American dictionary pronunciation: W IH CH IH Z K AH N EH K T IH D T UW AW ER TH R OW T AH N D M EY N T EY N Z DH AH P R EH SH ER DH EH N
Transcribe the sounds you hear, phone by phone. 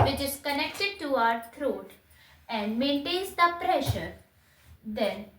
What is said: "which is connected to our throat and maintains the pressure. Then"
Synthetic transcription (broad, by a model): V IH CH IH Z K AH N EH K T IH D T UW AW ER T R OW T AH N D M EY N T EY N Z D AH P R EH SH ER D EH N